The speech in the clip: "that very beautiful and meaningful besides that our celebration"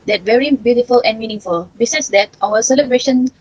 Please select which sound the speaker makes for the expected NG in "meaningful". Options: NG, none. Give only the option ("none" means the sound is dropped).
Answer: none